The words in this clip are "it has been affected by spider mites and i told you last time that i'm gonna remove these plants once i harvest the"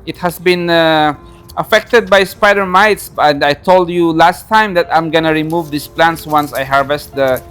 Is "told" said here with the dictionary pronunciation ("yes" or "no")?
yes